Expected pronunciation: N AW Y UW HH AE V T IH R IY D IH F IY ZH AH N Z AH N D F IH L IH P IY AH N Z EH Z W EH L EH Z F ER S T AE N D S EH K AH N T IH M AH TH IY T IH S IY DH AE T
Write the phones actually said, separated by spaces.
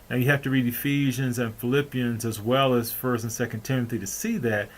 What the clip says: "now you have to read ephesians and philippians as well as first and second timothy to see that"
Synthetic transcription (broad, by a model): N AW Y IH HH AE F T IH R IY D IH F IY ZH AH N Z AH N F IH L IH P IY AH N Z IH Z W EH L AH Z F ER S T N S EH K AH N T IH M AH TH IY T IH S IY DH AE T